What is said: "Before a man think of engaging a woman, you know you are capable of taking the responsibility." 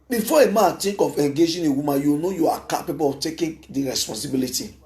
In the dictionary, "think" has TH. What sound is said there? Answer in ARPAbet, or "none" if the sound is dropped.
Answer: T